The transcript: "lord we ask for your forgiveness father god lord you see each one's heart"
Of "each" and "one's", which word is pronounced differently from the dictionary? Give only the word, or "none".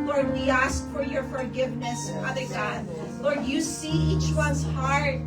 none